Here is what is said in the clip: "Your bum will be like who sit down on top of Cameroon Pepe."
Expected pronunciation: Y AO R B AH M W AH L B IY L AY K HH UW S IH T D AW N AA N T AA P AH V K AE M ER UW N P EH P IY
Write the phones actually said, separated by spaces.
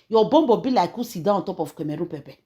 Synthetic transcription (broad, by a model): Y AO B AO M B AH B IY L AY K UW S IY D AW AA N T AA P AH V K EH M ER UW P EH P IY